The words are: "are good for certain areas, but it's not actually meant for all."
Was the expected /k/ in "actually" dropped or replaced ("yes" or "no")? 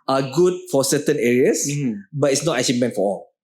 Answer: yes